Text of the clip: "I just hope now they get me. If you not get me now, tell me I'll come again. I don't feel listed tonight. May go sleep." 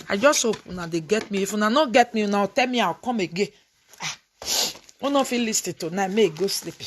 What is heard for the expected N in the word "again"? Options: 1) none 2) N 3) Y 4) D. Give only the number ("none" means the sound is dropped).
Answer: 1